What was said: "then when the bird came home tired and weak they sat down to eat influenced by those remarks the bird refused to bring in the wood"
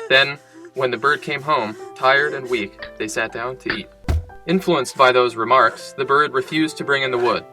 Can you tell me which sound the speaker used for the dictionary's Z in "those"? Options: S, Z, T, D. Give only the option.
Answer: Z